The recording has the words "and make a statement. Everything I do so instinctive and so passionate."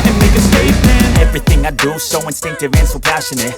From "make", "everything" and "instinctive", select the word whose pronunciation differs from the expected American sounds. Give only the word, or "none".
none